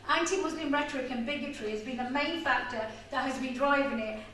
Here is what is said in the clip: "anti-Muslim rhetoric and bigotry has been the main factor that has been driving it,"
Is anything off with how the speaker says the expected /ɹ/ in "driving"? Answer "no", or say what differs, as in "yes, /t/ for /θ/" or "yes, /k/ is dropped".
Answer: no